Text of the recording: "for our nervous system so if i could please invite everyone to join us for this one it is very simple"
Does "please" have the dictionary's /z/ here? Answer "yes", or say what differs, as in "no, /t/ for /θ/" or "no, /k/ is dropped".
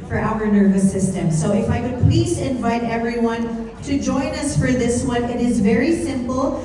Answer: yes